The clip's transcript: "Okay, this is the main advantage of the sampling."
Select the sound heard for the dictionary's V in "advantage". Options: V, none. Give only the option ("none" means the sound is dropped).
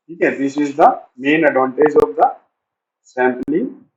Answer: none